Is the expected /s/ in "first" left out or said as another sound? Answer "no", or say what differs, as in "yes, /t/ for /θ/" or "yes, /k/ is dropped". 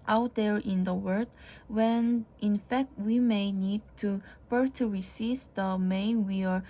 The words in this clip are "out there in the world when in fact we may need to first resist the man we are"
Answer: yes, /s/ is dropped